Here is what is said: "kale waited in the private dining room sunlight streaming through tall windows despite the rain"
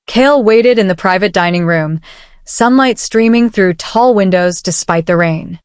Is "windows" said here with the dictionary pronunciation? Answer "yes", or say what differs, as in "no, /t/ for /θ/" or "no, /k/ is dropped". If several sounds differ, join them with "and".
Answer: yes